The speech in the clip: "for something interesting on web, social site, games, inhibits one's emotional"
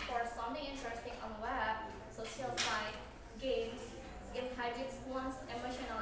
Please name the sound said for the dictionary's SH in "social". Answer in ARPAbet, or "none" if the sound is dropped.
S